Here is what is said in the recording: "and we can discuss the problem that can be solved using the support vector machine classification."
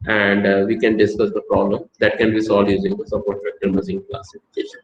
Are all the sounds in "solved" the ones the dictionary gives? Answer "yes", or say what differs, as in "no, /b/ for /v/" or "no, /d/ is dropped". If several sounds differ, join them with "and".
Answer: no, /v/ is dropped